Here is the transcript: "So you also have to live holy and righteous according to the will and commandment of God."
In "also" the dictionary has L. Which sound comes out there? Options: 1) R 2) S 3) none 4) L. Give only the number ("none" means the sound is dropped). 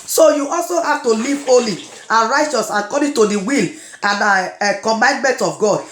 4